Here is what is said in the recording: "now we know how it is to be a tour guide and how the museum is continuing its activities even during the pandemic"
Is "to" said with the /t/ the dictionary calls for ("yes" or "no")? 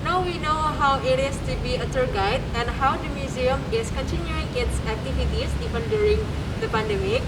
yes